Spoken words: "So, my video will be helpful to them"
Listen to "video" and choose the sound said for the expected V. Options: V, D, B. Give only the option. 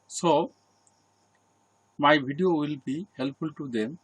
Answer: B